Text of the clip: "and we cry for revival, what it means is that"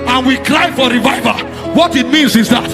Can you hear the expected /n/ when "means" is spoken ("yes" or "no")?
yes